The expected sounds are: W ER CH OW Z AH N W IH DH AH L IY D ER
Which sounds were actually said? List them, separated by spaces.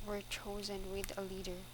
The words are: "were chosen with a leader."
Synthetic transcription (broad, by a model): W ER CH OW Z AH N W IH DH AH L IY D ER